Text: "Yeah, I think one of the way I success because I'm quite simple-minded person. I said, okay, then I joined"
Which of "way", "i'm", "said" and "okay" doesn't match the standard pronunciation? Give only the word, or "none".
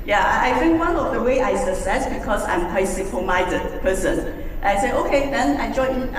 said